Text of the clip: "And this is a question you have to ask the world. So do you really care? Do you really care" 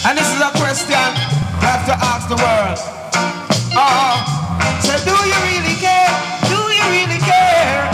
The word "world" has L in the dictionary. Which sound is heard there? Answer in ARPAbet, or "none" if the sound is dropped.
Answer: none